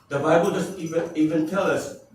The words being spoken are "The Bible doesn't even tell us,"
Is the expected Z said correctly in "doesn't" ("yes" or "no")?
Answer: no